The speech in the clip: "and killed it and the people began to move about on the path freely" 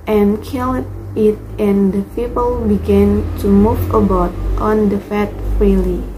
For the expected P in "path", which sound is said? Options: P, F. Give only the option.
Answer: F